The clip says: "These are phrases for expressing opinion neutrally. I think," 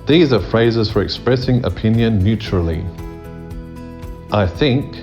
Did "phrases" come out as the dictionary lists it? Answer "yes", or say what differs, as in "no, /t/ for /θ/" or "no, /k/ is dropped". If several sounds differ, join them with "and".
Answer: yes